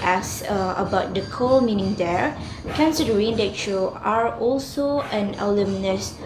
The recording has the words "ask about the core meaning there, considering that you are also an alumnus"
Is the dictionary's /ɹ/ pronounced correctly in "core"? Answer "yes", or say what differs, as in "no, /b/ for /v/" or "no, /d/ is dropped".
no, /l/ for /ɹ/